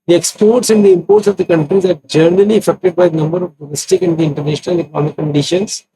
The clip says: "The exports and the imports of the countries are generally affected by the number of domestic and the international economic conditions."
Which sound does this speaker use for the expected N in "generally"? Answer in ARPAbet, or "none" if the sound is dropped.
none